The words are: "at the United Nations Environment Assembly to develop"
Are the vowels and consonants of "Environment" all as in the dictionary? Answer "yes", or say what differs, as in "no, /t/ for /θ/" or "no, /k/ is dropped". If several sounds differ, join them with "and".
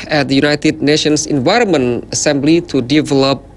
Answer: no, /t/ is dropped